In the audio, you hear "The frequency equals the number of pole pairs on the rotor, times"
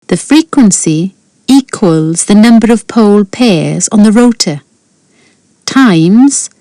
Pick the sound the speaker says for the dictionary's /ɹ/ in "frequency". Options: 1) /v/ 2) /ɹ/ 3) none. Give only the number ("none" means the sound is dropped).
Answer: 2